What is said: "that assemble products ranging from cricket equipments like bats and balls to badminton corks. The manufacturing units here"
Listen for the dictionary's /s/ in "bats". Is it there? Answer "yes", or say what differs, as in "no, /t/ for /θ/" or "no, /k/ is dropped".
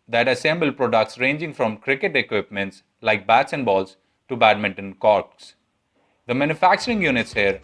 yes